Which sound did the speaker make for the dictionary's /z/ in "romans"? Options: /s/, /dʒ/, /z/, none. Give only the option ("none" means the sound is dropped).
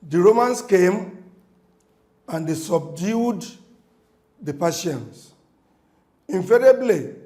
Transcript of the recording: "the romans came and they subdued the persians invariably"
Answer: /s/